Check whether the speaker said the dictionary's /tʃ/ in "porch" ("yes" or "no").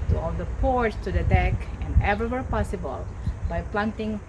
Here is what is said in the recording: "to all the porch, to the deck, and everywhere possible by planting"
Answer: no